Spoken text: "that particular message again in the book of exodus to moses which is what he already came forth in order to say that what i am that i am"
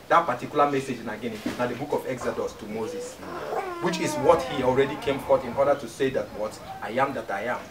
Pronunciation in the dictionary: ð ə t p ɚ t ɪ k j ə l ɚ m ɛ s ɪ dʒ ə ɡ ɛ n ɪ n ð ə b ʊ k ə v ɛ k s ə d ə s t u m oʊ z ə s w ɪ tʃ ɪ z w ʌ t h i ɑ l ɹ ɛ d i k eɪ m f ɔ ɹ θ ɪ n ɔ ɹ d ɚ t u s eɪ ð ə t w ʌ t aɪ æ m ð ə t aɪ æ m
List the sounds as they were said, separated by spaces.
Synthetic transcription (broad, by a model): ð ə t p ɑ t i k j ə l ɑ m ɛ s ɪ dʒ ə ɡ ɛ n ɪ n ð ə b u k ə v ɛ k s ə d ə s t u m oʊ z ə s w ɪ tʃ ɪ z w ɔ t h i ɑ l ɹ ɛ d i k eɪ m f ɔ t ɪ n ɔ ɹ d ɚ t u s eɪ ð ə t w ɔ t aɪ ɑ m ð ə t aɪ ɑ m